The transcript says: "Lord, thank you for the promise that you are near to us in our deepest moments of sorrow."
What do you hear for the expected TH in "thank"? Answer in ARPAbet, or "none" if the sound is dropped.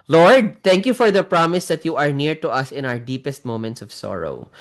T